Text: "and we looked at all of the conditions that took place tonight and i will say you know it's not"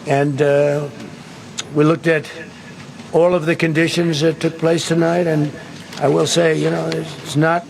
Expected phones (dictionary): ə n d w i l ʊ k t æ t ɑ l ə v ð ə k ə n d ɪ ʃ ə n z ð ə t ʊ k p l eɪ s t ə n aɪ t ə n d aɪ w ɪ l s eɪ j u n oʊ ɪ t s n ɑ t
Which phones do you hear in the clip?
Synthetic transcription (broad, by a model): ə n w i l ʊ k t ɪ t ɑ l ə v ð ə k ə n d ɪ ʃ ə n z ð ə t ʊ k p l eɪ s t ə n aɪ t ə n aɪ w ɪ l s eɪ j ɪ n oʊ ɪ t s n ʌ t